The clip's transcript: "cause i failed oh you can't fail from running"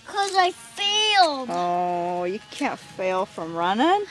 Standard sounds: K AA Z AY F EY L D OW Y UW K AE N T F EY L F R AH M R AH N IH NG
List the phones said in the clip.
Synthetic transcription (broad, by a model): K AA Z AY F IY L OW Y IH K AE N T F EY L F R AH M R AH N IH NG